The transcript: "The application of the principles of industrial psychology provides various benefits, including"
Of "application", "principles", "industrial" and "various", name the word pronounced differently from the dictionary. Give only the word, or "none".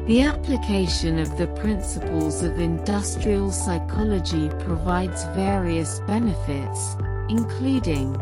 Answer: none